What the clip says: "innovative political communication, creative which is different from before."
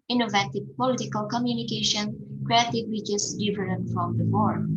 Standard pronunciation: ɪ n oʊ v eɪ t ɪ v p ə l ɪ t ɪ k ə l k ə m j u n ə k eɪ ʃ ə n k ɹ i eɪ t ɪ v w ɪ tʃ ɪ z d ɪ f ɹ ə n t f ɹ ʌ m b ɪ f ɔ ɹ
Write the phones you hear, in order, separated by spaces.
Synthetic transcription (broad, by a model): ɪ n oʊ v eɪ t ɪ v p ə l ɪ t ɪ k ə l k ə m j u n ə k eɪ ʃ ə n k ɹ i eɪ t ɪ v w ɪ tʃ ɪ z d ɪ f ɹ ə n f ɹ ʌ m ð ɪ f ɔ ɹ